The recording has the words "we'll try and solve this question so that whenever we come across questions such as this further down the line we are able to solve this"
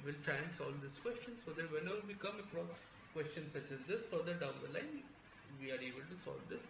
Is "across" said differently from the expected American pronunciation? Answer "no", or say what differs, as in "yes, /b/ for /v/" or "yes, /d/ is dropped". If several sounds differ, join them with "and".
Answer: yes, /s/ is dropped